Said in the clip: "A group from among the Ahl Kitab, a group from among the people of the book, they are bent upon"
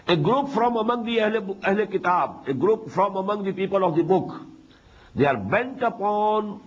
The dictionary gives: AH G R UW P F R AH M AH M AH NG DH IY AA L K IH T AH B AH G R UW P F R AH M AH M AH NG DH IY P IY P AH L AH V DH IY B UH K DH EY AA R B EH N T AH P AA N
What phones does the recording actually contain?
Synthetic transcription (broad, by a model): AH G R UW P F R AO M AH M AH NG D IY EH L K IH T AH B AH G R UW P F R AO M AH M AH NG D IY P IY P AH L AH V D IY B UH K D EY AA R B EH N T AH P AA N